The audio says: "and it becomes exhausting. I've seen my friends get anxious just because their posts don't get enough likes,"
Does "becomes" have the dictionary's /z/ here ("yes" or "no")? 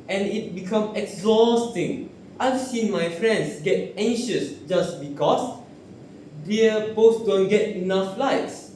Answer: no